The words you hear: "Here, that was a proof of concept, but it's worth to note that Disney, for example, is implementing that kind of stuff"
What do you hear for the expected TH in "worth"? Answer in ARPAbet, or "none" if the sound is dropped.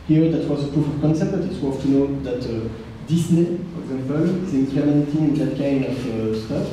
F